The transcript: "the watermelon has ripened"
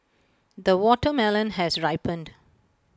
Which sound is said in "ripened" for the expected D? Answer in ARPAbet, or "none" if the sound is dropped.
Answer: D